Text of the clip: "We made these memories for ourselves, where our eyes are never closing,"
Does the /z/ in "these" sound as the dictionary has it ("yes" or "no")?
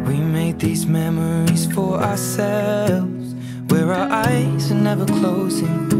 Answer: yes